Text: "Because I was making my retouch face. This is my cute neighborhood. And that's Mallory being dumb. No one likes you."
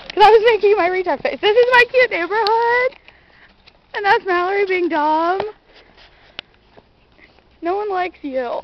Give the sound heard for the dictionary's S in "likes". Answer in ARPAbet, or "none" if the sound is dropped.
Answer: S